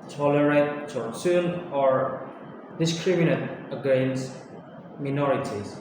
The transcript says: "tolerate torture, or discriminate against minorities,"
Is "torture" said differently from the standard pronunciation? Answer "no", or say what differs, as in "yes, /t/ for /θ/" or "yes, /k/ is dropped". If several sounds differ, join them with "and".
yes, /s/ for /tʃ/